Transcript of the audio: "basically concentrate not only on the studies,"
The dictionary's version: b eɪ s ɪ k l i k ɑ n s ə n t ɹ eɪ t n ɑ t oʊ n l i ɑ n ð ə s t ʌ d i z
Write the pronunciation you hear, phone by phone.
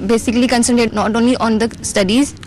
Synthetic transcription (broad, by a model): b eɪ s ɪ k l i k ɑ n s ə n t eɪ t n ɑ t oʊ n l i ɑ n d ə s t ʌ d i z